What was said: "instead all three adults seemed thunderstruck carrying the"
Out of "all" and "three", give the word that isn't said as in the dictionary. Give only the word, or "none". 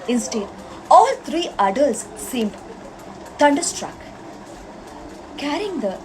three